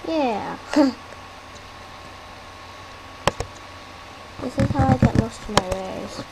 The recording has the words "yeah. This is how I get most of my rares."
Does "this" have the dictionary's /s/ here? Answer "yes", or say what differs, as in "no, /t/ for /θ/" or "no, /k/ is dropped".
yes